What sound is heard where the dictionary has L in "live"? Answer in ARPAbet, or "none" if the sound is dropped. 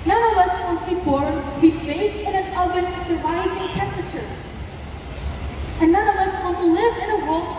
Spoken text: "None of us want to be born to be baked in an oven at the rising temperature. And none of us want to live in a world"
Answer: L